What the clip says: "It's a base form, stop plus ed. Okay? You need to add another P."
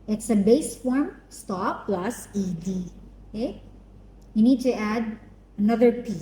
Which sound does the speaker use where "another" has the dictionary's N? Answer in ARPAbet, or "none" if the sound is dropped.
N